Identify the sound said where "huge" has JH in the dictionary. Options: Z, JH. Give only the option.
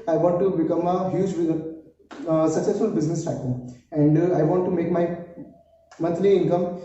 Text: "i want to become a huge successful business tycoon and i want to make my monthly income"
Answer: JH